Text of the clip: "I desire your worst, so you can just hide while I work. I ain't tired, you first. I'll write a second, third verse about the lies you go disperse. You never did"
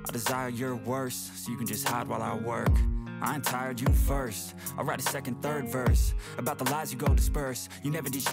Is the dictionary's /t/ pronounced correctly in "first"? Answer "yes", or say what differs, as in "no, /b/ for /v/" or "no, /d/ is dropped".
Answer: no, /t/ is dropped